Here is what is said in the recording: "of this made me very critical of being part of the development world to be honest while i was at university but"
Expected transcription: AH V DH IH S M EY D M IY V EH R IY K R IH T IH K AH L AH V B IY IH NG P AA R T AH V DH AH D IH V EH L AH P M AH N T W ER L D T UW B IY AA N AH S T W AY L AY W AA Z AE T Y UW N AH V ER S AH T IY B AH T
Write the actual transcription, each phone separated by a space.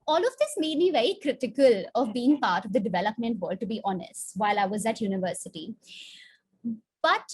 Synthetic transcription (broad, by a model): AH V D IH S M EY D M IY V EH R IY K R IH T IH K AH L AH V B IY IH NG P AA R T AH V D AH D IH V EH L AH P M AH N T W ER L D T UW B IY AA N AH S T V AY L AY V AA Z AE T Y UW N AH V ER S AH T IY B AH T